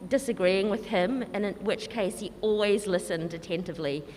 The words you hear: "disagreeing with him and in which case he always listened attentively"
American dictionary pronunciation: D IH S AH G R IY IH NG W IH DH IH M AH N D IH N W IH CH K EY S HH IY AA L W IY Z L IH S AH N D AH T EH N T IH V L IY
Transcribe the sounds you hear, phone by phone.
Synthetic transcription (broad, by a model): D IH S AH G R IY IH NG W IH DH IH M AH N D IH N W IH CH K EY S HH IY AA L W IY Z L IH S AH N D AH T EH N T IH V L IY